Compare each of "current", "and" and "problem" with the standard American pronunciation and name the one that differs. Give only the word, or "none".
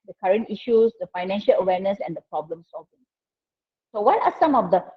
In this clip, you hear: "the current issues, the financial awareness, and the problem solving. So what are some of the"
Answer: none